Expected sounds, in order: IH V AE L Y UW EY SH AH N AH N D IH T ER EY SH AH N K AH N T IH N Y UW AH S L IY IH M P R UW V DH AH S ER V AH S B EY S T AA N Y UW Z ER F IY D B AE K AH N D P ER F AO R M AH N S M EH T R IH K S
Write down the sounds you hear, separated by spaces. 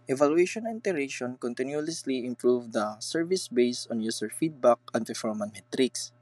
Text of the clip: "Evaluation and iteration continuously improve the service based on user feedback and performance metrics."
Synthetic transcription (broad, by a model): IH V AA L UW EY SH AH N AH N T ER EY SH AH N K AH N T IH N Y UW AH S L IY IH M P R UW V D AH S ER V AH S B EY S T AA N Y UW S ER F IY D B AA K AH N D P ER F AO R M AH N M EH T R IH K S